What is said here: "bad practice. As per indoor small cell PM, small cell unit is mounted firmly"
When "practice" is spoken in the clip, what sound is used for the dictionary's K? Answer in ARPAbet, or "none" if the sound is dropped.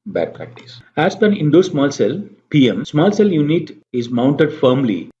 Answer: none